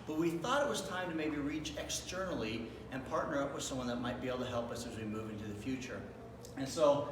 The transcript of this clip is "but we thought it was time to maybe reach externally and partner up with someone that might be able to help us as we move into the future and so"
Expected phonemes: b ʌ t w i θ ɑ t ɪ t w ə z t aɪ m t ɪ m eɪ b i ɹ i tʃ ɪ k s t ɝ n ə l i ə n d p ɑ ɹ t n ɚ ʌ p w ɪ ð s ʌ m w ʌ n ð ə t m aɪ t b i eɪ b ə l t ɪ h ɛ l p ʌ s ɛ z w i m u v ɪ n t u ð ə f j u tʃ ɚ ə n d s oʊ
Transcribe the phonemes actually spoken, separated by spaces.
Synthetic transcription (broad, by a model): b ʌ t w i θ ɑ t ɪ t w ə z t aɪ m t ɪ m eɪ b i ɹ i tʃ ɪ k s t ɝ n l i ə n p ɑ ɹ t n ɚ ʌ p w ɪ ð s ʌ m w ʌ n ð ə t m aɪ t b i eɪ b l t ɪ h ɛ l p ʌ s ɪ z w i m u v ɪ n t u ð ə f j u tʃ ɚ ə n s oʊ